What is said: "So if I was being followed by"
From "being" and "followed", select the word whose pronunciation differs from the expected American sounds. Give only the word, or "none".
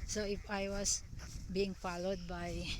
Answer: none